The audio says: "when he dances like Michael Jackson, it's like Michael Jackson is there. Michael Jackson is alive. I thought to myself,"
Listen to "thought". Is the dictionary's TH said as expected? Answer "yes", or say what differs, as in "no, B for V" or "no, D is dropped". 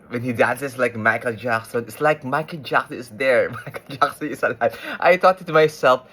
no, T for TH